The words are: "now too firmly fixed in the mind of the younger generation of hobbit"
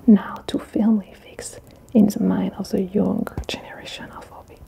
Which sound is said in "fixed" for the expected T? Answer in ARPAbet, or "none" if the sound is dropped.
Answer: none